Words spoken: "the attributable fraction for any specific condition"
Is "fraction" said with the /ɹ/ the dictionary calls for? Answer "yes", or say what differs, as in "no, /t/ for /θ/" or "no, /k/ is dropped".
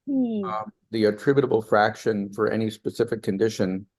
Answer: yes